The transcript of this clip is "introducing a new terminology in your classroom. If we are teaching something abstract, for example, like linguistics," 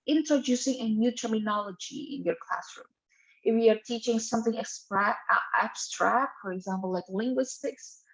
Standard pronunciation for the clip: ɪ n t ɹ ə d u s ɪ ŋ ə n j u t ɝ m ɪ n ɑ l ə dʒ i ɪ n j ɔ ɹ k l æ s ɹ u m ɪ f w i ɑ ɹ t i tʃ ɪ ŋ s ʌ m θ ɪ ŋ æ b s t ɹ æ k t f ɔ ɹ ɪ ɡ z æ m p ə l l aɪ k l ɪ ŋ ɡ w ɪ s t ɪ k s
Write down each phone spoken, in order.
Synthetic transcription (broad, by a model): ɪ n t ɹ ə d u s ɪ ŋ ə n j u t ɝ m ɪ n ɑ l ə dʒ i ɪ n j ɔ ɹ k l æ s ɹ u m ɪ f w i ɑ ɹ t i tʃ ɪ ŋ s ʌ m θ ɪ ŋ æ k s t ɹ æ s t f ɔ ɹ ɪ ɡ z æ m p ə l l aɪ k l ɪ ŋ ɡ w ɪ s t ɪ k s